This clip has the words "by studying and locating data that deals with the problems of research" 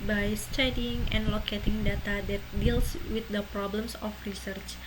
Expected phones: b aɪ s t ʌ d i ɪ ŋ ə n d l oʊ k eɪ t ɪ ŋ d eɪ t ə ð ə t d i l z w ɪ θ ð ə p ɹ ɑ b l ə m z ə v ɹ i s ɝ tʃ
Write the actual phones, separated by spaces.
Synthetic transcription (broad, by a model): b aɪ s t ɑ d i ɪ ŋ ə n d l oʊ k eɪ t ɪ ŋ d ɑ t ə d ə t d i l s w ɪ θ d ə p ɹ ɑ b l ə m s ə f ɹ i s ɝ tʃ